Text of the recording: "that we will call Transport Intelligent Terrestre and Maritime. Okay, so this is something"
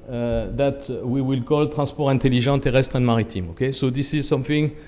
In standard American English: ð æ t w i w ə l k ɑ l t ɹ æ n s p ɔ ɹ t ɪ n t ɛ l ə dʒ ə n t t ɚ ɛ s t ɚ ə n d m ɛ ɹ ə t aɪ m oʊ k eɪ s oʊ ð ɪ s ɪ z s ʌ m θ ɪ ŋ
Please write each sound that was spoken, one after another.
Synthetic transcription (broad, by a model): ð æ t w i w ə l k ɑ l t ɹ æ s p ɔ ɹ ɪ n t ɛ l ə ʒ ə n t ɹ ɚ ɛ s t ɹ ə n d m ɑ ɹ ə t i m oʊ k eɪ s oʊ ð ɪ s ɪ z s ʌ m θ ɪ ŋ